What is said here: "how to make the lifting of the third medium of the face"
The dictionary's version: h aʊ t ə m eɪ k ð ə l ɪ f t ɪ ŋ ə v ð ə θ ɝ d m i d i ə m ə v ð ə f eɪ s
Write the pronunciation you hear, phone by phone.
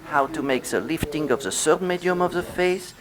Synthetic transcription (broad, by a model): h aʊ t ə m eɪ k ð ə l ɪ f t ɪ ŋ ə v ð ə s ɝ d m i d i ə m ə v ð ə f eɪ s